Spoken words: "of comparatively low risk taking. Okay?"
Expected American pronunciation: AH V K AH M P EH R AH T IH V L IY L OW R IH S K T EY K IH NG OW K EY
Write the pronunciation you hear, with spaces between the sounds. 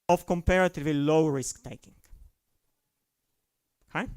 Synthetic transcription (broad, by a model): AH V K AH M P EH R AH T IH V IY L OW R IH S K T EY K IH NG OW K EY